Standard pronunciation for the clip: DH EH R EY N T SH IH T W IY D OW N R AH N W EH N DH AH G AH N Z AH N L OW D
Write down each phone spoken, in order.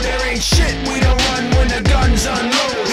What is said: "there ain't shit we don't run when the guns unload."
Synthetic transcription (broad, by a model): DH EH R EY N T SH IH T W IY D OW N R AH N W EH N DH AH G AH N Z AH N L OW